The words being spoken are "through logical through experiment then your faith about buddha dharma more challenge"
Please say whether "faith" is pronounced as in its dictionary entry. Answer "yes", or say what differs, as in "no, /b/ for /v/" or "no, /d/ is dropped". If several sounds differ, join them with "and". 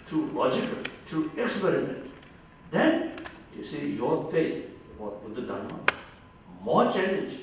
no, /f/ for /θ/